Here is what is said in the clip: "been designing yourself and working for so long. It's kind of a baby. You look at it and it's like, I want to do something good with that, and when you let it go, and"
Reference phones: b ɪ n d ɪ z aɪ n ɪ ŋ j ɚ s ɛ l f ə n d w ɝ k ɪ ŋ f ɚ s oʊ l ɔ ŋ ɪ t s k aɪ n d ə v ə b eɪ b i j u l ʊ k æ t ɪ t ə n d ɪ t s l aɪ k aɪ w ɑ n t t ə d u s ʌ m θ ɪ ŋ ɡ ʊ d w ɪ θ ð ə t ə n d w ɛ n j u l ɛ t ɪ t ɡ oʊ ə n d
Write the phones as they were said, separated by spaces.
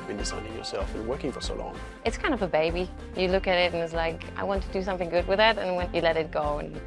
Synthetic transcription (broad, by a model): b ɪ n d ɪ s aɪ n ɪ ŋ j ɚ s ɛ l f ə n w ɝ k ɪ ŋ f ɚ s oʊ l ɔ ŋ ɪ t s k aɪ n d ə v ə b eɪ b i j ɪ l ʊ k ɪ t ɪ t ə n ɪ t s l aɪ k aɪ w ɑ n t t ə d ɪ s ʌ m θ ɪ ŋ ɡ ʊ d w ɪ ð ə t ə n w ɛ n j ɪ l ɛ t ɪ t ɡ oʊ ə n